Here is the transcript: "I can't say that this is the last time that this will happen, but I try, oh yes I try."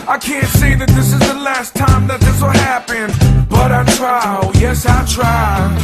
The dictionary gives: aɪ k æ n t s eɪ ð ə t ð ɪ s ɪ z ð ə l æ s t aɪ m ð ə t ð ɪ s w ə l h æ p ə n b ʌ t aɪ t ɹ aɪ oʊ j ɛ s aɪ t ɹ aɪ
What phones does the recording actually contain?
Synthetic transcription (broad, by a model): aɪ k æ n t s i ð ə t ð ɪ s ɪ z ð ə l æ s t aɪ m ð ə t ð ɪ s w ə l h æ p ə n b ʌ t aɪ t ɹ aɪ j ɛ s aɪ t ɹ aɪ